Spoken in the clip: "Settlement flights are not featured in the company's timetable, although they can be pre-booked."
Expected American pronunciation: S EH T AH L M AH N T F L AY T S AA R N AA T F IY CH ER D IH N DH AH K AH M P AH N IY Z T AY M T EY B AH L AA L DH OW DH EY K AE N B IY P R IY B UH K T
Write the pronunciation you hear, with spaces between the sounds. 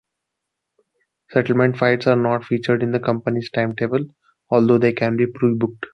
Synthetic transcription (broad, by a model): S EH T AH L M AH N T F AY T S AA R N AA T F IY CH ER D IH N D AH K AH M P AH N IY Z T AY M T EY B AH L AA L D OW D EY K AE N B IY P R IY B UH K T